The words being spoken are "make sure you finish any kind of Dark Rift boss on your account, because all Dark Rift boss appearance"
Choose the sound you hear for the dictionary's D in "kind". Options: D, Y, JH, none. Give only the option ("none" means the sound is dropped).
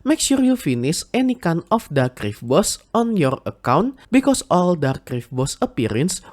none